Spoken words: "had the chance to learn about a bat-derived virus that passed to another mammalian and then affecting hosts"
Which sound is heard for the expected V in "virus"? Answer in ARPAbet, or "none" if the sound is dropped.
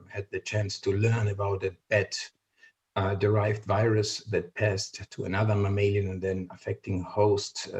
V